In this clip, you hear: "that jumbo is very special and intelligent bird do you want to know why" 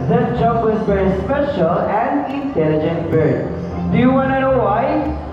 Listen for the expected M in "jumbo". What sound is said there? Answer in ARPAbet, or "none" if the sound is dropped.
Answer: none